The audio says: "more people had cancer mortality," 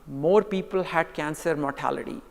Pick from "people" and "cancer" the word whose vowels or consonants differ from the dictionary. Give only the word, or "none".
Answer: none